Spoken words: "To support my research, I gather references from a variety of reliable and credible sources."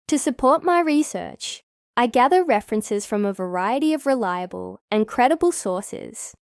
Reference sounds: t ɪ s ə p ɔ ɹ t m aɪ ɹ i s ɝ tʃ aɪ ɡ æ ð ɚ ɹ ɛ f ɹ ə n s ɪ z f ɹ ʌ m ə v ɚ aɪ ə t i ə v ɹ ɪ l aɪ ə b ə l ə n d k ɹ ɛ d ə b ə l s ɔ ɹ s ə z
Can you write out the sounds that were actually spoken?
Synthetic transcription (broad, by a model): t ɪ s ə p ɔ ɹ t m aɪ ɹ i s ɝ tʃ aɪ ɡ æ ð ɚ ɹ ɛ f ɹ ə n s ɪ z f ɹ ʌ m ə v ɚ aɪ ə t i ə v ɹ ɪ l aɪ ə b ə l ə n k ɹ ɛ d ə b ə l s ɔ ɹ s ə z